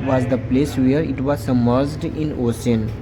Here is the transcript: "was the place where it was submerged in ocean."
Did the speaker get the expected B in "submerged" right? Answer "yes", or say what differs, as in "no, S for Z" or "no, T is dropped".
no, B is dropped